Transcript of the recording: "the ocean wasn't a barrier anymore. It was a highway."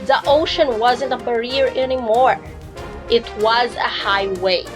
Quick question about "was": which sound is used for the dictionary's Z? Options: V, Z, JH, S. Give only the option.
Z